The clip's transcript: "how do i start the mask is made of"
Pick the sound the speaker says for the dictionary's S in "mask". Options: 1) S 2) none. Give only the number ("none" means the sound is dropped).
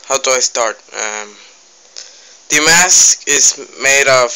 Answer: 1